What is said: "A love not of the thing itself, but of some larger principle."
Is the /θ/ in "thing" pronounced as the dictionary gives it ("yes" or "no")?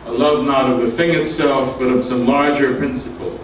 yes